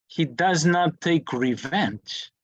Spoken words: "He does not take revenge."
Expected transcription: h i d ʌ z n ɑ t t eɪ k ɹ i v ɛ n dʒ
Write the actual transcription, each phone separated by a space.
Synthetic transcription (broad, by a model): h i d ʌ z n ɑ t t eɪ k ɹ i v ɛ n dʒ